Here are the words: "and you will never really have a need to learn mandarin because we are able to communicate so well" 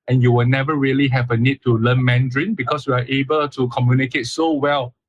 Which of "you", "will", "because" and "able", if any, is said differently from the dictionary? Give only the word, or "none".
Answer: because